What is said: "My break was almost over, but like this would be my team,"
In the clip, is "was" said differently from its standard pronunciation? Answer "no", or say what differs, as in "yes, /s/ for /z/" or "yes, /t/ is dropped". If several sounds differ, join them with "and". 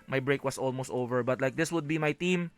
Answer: yes, /s/ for /z/